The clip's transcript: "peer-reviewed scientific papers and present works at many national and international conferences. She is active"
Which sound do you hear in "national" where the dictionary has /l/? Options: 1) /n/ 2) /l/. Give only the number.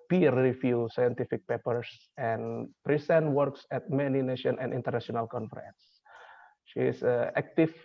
1